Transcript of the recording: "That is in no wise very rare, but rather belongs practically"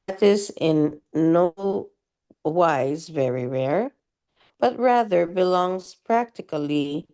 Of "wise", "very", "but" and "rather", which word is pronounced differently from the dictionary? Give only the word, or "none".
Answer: none